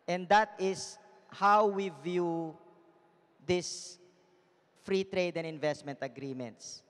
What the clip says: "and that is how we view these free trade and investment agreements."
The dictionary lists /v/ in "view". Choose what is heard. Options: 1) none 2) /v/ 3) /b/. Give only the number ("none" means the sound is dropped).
2